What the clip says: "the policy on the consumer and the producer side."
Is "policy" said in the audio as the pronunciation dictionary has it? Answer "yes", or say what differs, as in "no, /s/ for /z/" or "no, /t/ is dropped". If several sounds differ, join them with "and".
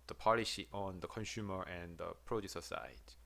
no, /ʃ/ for /s/